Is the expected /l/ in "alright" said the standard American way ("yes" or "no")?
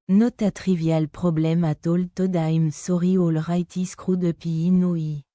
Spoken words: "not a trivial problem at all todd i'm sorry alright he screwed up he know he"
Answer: yes